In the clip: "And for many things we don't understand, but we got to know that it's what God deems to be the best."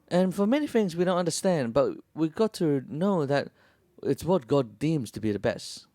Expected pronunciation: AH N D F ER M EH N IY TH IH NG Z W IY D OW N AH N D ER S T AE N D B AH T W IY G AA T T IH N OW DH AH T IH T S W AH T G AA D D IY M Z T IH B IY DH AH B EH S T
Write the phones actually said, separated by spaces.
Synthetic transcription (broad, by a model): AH N F ER M EH N IY TH IH NG Z W IY D OW N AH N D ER S T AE N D B AH T W IY G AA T T IH N OW DH AH T IH T S W AH T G AA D D IY M Z T IH B IY DH AH B EH S T